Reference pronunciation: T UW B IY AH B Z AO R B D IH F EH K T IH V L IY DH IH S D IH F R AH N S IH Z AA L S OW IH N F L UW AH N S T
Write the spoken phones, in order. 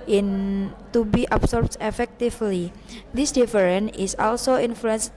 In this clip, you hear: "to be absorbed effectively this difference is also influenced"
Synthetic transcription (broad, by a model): T UW B IY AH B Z AO R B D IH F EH K T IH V L IY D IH S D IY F R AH N IH S AA L S OW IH N F L UW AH N S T